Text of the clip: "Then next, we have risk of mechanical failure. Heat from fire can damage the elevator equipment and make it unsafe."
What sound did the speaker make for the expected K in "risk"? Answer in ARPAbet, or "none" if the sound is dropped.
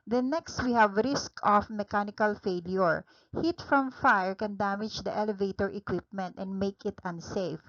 K